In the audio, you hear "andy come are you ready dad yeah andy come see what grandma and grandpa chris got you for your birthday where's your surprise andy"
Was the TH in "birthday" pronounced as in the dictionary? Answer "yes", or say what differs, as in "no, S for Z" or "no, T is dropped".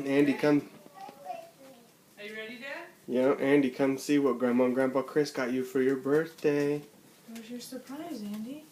yes